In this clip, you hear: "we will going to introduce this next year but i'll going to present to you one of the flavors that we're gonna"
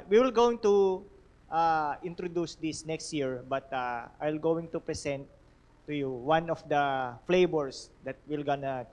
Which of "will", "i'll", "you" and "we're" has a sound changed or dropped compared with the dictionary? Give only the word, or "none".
we're